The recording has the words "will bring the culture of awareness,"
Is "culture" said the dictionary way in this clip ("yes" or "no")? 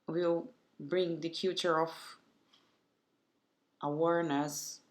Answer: no